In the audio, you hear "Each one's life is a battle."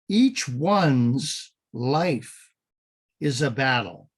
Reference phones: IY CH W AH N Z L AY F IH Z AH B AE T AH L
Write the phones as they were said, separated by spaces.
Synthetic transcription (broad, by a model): IY CH W AH N Z L AY F IH Z AH B AE T L